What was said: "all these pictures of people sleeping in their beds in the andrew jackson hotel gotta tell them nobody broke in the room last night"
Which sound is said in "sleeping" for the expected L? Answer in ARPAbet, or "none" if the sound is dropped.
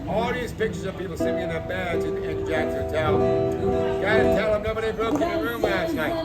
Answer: none